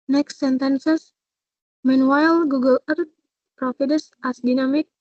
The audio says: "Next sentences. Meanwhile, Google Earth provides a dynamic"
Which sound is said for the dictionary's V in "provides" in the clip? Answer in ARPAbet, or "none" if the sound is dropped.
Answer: F